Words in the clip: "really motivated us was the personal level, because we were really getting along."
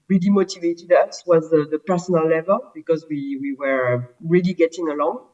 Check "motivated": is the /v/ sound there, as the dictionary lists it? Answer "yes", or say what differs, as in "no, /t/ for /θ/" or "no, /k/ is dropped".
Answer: yes